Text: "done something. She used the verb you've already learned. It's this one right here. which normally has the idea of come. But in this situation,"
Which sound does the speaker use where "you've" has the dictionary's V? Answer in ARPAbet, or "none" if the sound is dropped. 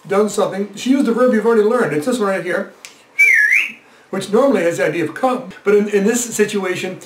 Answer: V